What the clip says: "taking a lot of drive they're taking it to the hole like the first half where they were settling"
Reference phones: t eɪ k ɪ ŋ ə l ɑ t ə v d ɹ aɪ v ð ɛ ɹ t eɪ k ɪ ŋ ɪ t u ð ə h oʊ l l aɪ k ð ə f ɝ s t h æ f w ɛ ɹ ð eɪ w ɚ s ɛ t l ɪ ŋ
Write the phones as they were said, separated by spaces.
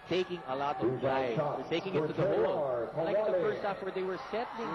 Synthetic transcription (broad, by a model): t eɪ k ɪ ŋ ə l ɑ t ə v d aɪ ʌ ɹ t eɪ k ɪ ŋ ɪ t u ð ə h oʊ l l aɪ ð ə f ɝ s t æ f w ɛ ɹ ð eɪ w ɚ s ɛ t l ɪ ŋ